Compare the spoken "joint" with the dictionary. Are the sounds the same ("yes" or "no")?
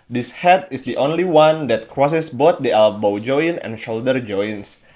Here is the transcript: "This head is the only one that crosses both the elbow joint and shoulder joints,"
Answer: no